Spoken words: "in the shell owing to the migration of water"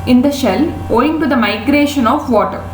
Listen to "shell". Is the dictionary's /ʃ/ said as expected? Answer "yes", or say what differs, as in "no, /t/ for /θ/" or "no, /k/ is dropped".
yes